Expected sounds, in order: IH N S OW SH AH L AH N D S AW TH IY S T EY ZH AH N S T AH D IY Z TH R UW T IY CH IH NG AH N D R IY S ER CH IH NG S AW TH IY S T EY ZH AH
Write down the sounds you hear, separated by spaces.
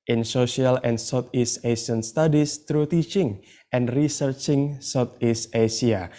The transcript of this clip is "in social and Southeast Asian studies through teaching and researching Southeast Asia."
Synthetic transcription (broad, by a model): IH N S OW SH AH L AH N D S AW T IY S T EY S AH N S T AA D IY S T R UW T IY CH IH NG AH N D R IY S ER CH IH NG S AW T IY S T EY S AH